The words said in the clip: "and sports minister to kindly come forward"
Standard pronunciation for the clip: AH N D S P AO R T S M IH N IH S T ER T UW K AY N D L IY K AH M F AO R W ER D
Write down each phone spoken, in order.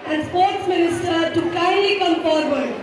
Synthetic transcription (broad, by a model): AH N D S P AO R T S M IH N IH S T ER T UW K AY D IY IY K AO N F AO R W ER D